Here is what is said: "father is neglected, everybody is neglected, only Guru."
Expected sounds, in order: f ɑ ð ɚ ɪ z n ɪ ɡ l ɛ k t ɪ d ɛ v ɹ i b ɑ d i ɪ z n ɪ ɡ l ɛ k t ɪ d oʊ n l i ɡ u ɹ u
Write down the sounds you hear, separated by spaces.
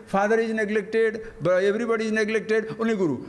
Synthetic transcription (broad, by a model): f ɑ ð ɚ ɪ z n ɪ ɡ l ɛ k t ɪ d ɛ v ɹ i b ɑ d i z n ɪ ɡ l ɛ k t ɪ d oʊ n i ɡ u ɹ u